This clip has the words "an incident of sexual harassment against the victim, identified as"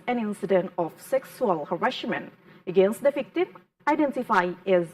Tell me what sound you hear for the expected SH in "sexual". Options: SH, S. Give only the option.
S